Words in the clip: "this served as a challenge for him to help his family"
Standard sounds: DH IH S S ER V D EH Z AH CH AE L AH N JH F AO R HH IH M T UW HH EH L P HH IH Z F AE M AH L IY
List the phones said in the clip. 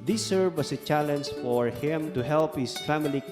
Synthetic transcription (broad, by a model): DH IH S S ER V AA S AH CH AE L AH N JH F AO R HH IH M T UW HH EH L P HH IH S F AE M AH L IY